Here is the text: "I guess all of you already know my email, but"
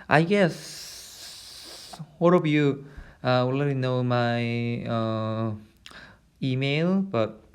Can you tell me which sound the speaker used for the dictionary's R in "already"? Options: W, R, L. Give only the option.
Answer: L